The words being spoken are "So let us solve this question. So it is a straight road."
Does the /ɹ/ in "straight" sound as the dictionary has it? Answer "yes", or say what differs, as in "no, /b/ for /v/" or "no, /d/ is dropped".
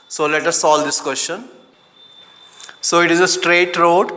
yes